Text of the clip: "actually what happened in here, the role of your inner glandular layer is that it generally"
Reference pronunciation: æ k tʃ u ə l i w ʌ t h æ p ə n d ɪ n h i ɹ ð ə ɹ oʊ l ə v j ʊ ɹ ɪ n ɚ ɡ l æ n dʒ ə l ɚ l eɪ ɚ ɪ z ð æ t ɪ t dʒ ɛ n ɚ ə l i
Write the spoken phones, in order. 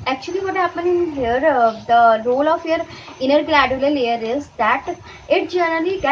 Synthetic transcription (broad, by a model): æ k tʃ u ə l i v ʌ t h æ p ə n ɪ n h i ɹ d ə ɹ oʊ l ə f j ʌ ɹ ɪ n ɚ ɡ l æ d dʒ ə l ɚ l eɪ ɚ ɪ z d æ t ɪ t dʒ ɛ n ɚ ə l i